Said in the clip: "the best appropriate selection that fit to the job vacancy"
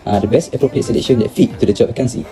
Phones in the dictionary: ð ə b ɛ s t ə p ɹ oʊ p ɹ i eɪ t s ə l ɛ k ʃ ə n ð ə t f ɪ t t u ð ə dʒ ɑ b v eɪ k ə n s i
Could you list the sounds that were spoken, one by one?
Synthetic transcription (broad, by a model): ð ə b ɛ s t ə p ɹ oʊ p ɹ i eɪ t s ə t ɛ ʃ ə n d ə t f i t t u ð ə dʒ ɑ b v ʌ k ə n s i